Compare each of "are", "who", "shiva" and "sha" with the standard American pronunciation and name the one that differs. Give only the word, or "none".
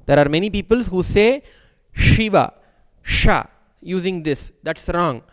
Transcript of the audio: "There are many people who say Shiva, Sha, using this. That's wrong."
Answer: none